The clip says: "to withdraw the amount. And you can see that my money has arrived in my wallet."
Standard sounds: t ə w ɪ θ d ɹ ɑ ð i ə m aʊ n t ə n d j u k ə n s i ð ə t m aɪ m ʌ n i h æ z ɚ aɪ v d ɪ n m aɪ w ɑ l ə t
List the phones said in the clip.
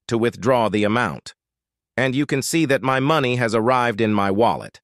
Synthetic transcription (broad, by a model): t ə w ɪ θ d ɹ ɑ ð i ə m aʊ n t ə n j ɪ k ə n s i ð ə t m aɪ m ʌ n i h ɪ z ɚ aɪ v d ɪ n m aɪ w ɑ l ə t